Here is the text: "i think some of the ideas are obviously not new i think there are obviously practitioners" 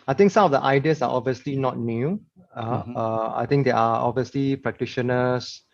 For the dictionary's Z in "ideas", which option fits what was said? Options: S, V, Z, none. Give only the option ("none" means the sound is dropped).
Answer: S